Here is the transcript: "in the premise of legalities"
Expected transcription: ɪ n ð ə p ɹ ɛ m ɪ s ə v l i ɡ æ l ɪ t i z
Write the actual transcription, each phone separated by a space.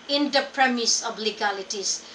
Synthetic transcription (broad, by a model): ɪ n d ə p ɹ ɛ m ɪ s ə b l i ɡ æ l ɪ t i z